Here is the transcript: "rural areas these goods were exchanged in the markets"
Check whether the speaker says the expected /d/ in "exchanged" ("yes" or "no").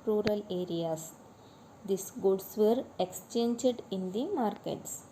yes